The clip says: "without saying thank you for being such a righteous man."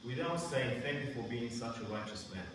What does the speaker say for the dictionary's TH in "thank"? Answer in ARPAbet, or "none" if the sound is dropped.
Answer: TH